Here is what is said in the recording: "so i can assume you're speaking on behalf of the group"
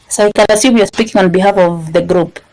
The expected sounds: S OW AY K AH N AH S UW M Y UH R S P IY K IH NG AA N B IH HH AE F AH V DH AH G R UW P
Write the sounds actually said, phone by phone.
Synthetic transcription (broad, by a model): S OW AY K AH L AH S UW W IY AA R S P IY K IH NG AA N B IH HH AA F AH V DH AH G R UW P